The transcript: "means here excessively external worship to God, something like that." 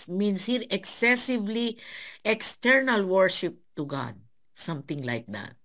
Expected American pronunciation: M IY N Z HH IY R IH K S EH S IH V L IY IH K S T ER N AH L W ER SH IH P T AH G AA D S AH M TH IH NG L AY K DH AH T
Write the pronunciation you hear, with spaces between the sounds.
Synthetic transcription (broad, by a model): M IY N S HH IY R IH K S EH S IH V L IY IH K S T ER N AH L W ER SH IH P T AH G AA D S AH M T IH NG L AY K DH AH T